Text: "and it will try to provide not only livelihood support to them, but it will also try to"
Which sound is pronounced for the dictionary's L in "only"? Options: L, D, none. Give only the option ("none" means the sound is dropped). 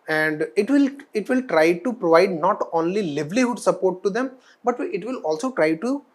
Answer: L